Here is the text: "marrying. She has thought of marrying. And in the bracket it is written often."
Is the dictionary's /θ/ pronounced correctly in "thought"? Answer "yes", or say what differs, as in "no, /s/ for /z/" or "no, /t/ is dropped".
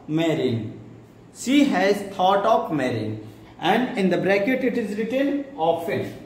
no, /t/ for /θ/